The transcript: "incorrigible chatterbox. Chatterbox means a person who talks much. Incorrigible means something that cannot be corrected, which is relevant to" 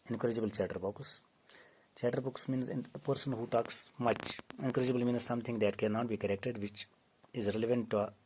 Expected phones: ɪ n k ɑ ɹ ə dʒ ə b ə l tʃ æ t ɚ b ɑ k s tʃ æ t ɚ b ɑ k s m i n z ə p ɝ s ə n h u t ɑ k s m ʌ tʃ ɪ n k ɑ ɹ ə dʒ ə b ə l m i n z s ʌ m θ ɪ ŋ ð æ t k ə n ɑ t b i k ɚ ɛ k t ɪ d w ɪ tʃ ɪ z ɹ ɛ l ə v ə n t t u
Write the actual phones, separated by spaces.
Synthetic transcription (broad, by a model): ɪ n k ɹ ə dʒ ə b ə l tʃ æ t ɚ b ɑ k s tʃ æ t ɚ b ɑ k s m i n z ə p ɝ s ə n h u t ɑ k s m ʌ tʃ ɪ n k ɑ ɹ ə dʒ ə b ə l m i n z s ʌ m t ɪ ŋ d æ t k ə n ɑ t b i k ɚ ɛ k t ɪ d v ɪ tʃ ɪ z ɹ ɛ l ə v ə n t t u